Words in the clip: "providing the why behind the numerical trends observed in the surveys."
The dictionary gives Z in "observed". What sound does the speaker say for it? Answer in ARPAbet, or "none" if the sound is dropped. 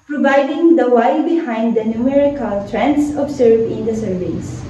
S